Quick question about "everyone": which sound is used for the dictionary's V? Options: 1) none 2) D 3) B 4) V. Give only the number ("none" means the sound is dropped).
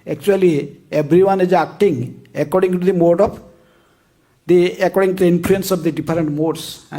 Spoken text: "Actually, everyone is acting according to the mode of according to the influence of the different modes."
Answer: 3